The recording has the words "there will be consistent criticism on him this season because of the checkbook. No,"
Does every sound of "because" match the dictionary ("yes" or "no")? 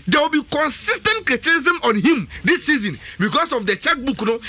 no